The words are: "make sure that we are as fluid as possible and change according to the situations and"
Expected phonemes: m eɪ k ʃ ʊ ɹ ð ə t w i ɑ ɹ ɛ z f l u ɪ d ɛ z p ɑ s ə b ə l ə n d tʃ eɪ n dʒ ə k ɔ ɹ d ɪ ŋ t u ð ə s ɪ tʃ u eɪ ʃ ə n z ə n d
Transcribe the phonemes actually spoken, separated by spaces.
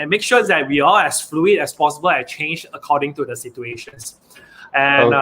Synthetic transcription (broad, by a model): m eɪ k ʃ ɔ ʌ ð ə t w i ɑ l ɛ s f l u ɪ d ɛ s p ɑ s ə b ə l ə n tʃ eɪ n dʒ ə k ɔ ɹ d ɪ ŋ t u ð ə s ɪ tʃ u eɪ ʃ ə n s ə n